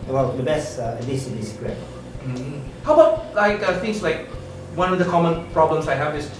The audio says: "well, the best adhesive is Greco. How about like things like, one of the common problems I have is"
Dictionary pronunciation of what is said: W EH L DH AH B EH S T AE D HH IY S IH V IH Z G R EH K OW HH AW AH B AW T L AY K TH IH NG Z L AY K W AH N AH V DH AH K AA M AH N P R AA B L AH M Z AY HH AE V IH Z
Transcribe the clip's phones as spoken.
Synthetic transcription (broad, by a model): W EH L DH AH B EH S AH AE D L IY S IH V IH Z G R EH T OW HH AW AH B AW T L AY K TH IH NG S L AY K W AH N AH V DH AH K AA M AH N P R AA B L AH M S AY HH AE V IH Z